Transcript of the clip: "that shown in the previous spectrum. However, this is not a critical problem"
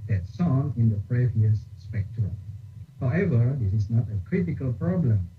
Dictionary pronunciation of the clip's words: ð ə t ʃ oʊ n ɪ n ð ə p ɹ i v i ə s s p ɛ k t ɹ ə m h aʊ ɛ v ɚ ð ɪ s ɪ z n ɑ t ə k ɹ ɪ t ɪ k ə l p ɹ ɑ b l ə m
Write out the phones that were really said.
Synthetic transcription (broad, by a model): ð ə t s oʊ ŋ ɪ n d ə p ɹ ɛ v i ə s s p ɛ k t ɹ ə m h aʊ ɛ v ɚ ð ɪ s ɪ s n ɑ t ə k ɹ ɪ t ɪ k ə l p ɹ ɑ b l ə m